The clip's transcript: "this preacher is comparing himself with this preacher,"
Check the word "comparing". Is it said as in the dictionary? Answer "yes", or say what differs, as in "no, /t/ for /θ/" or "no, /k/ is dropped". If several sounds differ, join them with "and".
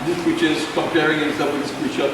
no, /m/ is dropped